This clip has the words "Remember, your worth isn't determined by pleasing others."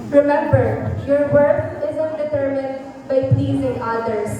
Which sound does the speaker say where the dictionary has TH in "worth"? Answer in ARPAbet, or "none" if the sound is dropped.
F